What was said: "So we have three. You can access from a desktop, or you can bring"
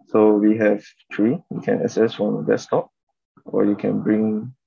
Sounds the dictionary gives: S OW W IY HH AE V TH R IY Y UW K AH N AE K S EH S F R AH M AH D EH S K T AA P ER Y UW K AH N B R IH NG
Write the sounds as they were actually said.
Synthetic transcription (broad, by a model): S OW W IY HH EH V T R IY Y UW K AH N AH S EH S F R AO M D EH S T AA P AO Y UW K AH N B R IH NG